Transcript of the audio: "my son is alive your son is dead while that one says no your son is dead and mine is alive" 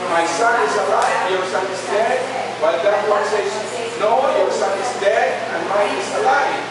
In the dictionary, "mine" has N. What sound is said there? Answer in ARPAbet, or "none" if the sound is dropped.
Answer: none